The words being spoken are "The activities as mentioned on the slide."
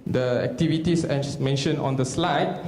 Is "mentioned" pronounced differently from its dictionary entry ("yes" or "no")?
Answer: yes